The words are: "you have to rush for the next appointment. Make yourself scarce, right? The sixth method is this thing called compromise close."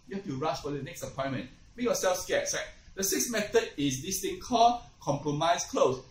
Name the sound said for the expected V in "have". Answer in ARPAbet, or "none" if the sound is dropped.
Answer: F